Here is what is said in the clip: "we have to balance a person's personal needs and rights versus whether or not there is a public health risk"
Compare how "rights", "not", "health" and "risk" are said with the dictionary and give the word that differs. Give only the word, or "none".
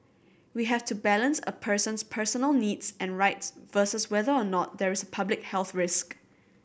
none